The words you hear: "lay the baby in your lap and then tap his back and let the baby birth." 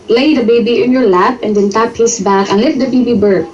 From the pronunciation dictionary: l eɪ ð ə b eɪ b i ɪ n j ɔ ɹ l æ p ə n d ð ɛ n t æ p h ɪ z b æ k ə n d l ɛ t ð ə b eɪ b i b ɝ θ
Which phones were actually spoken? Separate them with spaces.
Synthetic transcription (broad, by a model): l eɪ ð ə b eɪ b i ɪ n j ɔ ɹ l æ p ə n d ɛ n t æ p h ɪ s b æ k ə n l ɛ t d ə b eɪ b i b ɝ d